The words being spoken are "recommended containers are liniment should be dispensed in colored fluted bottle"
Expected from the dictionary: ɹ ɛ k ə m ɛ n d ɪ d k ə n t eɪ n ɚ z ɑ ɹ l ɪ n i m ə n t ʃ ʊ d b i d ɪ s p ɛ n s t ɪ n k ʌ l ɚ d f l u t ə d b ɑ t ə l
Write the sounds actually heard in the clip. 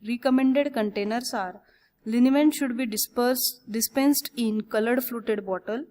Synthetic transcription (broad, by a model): ɹ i k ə m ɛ n d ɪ d k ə n t eɪ n ɚ s ɑ ɹ l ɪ n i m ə n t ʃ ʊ d b i d ɪ s p ɛ n s t ɪ n k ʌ l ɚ d f l u t ə d b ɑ t ə l